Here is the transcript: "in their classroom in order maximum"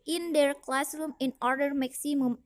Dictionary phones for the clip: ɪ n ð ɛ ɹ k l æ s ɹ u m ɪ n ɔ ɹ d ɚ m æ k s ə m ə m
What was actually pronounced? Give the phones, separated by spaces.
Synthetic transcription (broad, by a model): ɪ n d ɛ ɹ k l æ s ɹ u m ɪ n ɔ ɹ d ɚ m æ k s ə m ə m